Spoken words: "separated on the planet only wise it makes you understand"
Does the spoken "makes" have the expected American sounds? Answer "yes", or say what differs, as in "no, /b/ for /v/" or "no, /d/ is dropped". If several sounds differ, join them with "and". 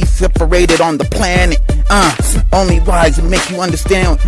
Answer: no, /s/ is dropped